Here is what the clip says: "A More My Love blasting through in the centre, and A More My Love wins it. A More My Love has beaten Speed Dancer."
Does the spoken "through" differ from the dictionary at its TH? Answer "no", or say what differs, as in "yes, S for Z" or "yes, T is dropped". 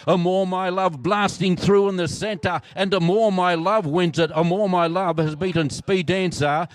no